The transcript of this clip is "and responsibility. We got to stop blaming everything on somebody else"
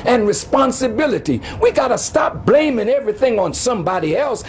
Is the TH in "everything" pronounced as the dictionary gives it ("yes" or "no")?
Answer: yes